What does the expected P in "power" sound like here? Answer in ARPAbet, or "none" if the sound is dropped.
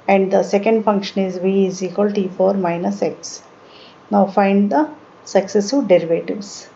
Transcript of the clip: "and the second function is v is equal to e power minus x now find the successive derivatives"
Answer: F